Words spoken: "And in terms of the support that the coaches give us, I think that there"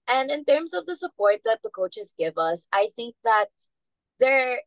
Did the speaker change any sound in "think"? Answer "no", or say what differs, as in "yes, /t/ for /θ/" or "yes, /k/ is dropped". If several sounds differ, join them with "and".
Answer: no